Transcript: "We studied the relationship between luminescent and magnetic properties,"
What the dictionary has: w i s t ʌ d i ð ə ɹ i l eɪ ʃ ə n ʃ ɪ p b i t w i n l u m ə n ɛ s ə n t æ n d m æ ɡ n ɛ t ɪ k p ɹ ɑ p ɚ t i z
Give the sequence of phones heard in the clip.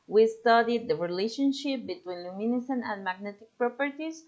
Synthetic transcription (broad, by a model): w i s t ʌ d i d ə ɹ i l eɪ ʃ ə n ʃ ɪ p b i t w i n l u m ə n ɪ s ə n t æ n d m æ ɡ n ɛ t ɪ k p ɹ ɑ p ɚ t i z